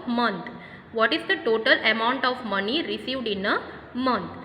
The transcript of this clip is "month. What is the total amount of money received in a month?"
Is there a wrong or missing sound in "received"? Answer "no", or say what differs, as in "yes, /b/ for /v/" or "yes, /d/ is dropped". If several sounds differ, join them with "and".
no